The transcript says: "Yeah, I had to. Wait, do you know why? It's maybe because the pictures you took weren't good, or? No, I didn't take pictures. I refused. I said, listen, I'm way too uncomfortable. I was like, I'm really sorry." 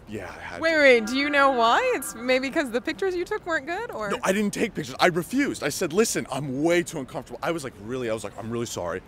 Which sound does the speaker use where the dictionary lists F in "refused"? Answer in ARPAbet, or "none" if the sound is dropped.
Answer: F